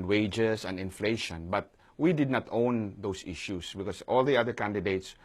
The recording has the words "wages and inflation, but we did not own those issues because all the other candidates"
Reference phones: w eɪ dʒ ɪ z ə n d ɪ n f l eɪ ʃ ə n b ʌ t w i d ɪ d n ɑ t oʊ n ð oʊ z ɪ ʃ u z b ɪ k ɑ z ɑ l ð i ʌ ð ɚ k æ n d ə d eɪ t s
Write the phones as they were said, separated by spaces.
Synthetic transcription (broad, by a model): w eɪ dʒ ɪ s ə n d ɪ n f l eɪ ʃ ə n b ʌ t w i d ɪ d n ɑ t oʊ n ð oʊ s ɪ ʃ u s b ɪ k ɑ s ɑ l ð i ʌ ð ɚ k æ n d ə d eɪ t s